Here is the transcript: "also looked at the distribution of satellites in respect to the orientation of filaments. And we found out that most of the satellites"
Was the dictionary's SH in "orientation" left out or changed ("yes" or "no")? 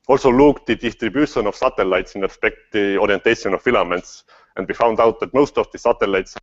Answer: yes